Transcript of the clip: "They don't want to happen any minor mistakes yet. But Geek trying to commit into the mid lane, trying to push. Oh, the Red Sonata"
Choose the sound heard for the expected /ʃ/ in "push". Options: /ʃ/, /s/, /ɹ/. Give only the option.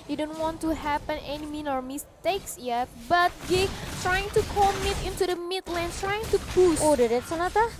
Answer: /s/